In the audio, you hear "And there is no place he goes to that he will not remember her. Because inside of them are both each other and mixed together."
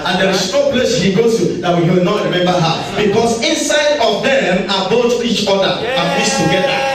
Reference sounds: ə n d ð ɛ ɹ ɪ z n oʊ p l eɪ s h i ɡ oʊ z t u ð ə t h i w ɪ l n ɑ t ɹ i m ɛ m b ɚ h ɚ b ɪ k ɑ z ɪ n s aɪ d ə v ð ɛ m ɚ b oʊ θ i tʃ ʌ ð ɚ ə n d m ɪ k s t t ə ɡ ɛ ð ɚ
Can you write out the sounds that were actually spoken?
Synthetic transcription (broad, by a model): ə n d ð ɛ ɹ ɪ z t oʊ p l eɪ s h i ɡ oʊ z t u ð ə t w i w ɪ l n ɑ t ɹ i m ɛ m b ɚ h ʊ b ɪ k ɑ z ɪ n s aɪ d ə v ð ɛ m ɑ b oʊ t i tʃ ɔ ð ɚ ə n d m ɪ s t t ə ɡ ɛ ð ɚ